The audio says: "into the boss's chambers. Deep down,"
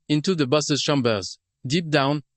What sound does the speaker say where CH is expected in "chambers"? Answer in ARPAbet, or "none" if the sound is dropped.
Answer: SH